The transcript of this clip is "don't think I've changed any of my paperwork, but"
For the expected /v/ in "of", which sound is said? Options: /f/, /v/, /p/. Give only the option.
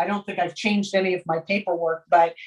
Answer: /v/